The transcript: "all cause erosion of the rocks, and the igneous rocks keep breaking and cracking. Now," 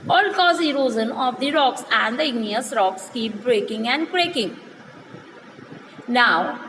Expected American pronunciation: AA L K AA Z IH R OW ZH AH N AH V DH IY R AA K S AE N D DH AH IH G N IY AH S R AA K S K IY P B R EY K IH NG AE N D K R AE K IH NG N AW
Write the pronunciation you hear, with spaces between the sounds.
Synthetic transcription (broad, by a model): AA L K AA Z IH R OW Z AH N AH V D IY R AA K S AE N D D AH IH G N IY AH S R AA K S K IY P B R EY K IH NG AE N D K R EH K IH NG N AW